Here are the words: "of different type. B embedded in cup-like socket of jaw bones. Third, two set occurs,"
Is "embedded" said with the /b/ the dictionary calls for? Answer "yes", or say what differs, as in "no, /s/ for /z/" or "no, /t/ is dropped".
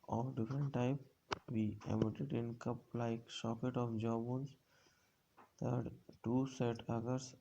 no, /b/ is dropped